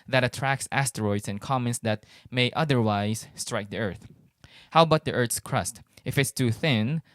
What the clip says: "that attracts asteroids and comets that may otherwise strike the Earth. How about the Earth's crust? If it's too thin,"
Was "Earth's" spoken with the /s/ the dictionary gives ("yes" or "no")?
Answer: yes